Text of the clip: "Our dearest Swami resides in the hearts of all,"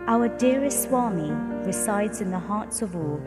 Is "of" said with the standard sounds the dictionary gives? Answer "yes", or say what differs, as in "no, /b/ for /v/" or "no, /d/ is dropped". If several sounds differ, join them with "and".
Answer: yes